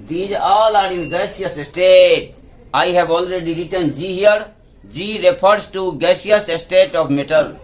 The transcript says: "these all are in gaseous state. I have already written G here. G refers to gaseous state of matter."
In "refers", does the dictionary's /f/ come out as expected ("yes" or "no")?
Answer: no